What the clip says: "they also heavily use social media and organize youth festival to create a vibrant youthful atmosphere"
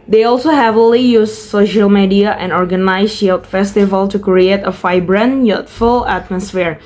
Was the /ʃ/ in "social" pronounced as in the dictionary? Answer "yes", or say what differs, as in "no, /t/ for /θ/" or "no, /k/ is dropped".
yes